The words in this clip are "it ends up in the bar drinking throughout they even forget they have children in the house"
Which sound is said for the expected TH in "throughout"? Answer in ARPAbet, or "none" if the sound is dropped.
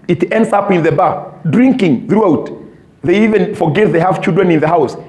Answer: TH